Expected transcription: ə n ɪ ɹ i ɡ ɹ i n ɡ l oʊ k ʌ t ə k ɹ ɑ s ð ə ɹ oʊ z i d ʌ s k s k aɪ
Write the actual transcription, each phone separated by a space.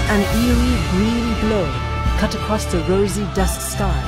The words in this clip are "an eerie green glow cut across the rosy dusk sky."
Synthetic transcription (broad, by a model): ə n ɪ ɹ i ɡ ɹ i n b l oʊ k ʌ t ə k ɹ ɑ s ð ə ɹ oʊ z i d ʌ s k s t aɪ